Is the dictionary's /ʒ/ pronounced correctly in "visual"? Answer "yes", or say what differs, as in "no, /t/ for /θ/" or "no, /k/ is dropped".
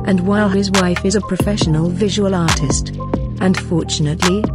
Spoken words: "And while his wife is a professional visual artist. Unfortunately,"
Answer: yes